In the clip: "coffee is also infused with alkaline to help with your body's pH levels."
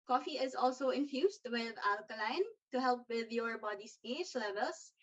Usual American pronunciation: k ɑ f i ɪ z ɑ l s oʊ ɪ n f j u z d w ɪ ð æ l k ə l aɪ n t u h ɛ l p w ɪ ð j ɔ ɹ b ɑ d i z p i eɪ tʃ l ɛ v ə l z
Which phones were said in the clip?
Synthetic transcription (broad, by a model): k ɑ f i ɪ z ɑ l s oʊ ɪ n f j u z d w ɪ ð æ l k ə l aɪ n t u h ɛ l p w ɪ ð j ɔ ɹ b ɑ d i s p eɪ s l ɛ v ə l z